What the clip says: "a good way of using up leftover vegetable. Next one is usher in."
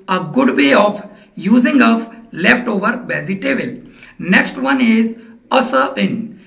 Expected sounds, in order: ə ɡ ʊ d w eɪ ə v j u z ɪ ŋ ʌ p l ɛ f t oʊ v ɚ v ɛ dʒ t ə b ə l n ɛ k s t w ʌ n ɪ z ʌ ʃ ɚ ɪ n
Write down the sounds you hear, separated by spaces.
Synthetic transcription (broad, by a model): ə ɡ ʊ d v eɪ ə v j u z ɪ ŋ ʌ f l ɛ f t oʊ v ɚ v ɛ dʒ t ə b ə l n ɛ k s t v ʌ n ɪ z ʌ s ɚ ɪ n